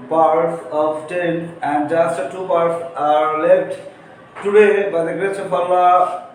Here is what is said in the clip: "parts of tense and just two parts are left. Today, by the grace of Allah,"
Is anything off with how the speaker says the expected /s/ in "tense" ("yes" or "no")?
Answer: yes